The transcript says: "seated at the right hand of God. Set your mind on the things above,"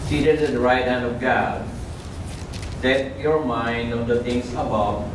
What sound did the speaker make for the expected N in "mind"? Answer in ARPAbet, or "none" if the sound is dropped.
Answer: N